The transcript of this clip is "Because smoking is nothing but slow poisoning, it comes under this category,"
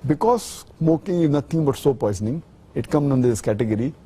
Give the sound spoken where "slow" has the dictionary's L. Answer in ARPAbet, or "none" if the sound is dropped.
none